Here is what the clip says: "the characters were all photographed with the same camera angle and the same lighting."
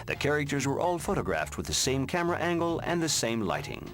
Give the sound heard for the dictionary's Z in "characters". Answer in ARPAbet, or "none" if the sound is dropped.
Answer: Z